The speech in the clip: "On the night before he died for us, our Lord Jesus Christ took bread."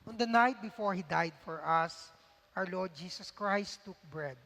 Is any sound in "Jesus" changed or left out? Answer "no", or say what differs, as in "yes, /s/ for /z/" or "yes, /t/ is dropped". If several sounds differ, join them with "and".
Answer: yes, /s/ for /z/